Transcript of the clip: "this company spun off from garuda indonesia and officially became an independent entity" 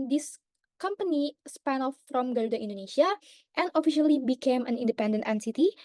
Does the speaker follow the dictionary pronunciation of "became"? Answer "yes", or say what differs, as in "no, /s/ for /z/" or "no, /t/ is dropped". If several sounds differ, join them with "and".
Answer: yes